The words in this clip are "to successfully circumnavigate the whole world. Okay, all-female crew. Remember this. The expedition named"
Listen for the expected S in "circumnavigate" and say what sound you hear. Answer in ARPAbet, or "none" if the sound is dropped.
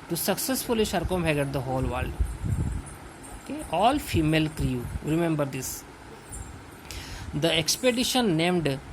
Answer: SH